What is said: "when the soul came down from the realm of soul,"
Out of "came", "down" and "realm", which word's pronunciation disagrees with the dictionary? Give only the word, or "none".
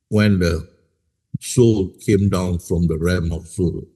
realm